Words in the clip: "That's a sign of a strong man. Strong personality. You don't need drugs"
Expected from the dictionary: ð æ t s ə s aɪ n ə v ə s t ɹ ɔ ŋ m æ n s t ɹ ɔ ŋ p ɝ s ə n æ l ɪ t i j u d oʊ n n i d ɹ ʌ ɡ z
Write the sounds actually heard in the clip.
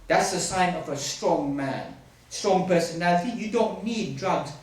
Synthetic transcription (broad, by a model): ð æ t s ə s aɪ n ə v ə s t ɹ ɔ ŋ m æ n s t ɹ ɔ ŋ p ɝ s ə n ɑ ɪ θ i j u d oʊ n n i d ɹ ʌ ɡ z